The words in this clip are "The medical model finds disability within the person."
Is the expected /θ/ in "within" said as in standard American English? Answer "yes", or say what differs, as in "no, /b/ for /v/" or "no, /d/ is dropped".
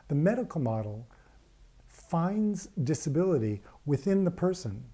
yes